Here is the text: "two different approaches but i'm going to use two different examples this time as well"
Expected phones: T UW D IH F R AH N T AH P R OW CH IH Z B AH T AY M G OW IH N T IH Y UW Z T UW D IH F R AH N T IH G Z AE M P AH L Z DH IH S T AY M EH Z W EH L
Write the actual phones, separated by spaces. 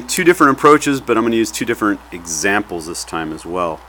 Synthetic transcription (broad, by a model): T UW D IH F R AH N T AH P R OW CH IH Z B AH T AY M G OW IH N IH Y UW Z T UW D IH F R AH N T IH G Z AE M P L Z DH IH S T AY M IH Z W EH L